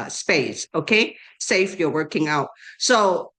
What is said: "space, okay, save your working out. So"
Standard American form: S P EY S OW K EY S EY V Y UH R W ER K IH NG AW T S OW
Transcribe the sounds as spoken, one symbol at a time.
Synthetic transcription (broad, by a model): S P EY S OW K EY S EY F Y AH R W ER K IH NG AW T S OW